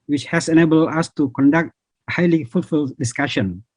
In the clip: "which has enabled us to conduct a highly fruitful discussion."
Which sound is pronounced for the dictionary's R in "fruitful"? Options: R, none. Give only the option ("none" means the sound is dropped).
none